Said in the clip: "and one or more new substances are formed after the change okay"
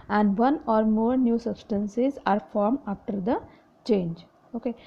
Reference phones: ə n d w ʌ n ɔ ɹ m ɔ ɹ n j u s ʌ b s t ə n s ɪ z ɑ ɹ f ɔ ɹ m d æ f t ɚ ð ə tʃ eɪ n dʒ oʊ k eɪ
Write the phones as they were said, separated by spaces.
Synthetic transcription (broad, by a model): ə n d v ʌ n ɔ ɹ m ɔ ɹ n j u s ʌ b s t ə n s ɪ z ɑ ɹ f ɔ ɹ m æ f t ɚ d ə tʃ eɪ n dʒ oʊ k eɪ